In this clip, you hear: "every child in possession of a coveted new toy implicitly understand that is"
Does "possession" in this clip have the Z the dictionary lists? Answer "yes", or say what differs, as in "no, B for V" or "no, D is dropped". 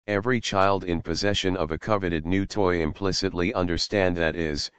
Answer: yes